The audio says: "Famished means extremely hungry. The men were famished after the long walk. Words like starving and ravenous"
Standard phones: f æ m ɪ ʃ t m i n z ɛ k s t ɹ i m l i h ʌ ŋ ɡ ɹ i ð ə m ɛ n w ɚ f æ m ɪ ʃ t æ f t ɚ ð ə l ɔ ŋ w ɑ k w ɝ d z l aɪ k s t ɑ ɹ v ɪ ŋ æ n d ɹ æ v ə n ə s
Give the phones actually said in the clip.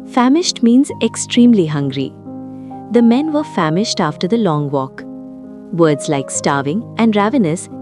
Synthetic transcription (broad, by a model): f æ m ɪ ʃ t m i n z ɛ k s t ɹ i m l i h ʌ ŋ ɡ ɹ i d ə m ɛ n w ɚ f æ m ɪ ʃ t æ f t ɚ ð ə l ɔ ŋ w ɑ k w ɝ d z l aɪ k s t ɑ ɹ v ɪ ŋ æ n d ɹ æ v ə n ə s